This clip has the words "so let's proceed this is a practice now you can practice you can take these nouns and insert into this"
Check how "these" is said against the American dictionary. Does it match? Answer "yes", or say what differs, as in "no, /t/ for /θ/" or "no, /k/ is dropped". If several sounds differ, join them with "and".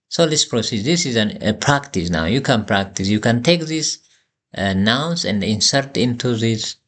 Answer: no, /s/ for /z/